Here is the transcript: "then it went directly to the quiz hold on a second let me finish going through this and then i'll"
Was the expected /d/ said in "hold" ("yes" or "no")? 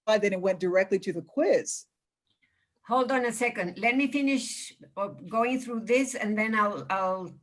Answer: yes